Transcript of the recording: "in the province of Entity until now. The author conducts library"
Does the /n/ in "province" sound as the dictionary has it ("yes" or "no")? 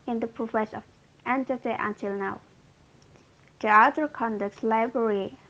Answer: no